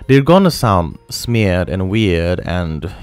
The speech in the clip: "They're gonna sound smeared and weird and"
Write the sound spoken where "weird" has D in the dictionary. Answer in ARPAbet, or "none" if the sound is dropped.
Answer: D